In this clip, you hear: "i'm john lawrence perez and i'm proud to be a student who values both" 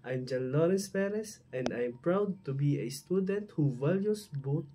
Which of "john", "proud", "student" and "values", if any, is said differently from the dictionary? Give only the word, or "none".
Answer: values